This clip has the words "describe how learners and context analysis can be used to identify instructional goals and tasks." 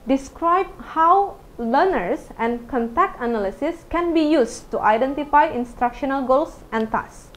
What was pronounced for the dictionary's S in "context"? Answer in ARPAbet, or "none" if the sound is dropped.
none